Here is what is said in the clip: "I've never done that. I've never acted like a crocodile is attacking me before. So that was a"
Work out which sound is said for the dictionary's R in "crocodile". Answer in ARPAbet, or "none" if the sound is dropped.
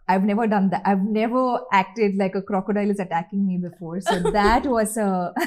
R